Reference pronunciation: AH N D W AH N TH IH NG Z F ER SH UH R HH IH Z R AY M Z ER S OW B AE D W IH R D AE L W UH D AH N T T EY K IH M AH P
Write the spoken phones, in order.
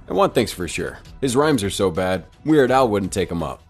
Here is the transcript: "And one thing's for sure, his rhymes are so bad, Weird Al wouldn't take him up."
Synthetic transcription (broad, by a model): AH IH W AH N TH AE NG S F ER SH UH R HH IH Z R AY M Z ER S OW B AE D W IH R D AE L W UH D N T T EY K IH M AH P